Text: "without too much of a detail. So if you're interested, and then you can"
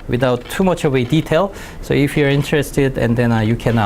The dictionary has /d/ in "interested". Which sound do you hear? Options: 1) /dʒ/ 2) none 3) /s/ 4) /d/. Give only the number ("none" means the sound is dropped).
4